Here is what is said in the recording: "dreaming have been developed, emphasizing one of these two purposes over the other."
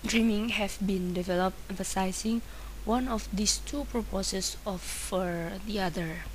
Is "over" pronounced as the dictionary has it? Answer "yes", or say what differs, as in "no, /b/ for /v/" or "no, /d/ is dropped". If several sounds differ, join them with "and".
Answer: no, /f/ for /v/